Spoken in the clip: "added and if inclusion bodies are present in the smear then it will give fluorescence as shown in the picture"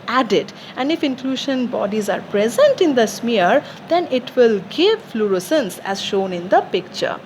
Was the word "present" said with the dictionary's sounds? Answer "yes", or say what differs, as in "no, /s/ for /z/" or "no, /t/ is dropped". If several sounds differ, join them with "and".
yes